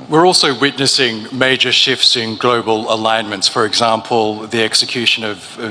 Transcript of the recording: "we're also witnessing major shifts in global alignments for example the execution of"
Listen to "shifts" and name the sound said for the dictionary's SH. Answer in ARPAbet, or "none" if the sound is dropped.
SH